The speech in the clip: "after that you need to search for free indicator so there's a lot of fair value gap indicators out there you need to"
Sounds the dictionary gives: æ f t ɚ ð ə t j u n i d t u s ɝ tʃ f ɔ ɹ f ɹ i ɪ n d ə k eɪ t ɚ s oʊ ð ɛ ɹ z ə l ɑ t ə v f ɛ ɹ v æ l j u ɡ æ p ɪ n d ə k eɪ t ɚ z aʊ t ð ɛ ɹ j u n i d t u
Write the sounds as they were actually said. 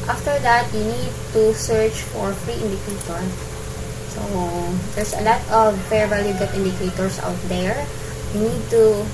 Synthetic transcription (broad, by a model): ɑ f t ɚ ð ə t j u n i d t u s ɝ tʃ f ɔ ɹ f ɹ i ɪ n d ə k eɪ t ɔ s oʊ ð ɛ ɹ s ə l ɑ t ə v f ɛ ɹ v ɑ l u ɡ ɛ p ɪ n d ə k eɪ t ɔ s aʊ t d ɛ ɹ j u n i d t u